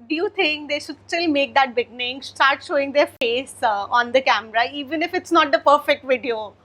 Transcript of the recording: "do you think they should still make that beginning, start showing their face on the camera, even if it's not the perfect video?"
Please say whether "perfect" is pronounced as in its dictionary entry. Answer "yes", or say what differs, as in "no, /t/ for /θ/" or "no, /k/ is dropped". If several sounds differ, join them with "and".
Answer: yes